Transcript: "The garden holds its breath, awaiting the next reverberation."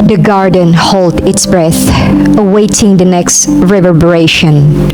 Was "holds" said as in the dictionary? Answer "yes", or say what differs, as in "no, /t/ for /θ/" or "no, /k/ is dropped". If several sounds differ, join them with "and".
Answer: no, /z/ is dropped